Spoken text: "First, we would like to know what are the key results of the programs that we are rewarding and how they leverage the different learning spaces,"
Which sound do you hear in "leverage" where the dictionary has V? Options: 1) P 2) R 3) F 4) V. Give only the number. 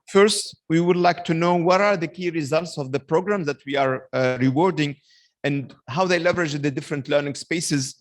4